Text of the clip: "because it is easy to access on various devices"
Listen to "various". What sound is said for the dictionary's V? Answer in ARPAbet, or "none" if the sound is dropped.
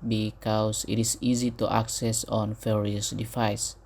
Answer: F